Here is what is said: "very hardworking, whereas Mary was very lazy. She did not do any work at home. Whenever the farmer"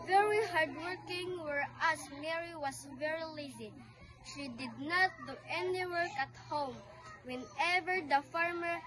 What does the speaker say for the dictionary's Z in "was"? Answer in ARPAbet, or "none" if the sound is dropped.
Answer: S